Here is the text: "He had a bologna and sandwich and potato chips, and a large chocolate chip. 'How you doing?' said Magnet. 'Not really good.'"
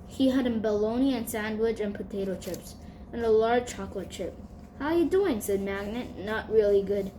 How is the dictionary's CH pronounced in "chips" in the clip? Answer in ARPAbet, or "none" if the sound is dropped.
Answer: CH